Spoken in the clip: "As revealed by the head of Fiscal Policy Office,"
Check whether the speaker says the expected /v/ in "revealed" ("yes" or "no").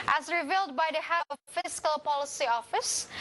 yes